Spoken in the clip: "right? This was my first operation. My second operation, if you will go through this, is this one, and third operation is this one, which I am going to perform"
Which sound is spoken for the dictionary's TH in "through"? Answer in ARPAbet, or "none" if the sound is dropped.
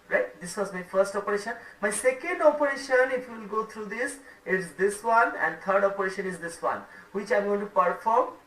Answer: T